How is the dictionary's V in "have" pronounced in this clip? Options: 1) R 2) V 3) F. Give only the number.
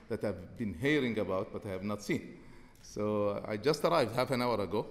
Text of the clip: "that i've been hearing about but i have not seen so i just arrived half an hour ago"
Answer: 2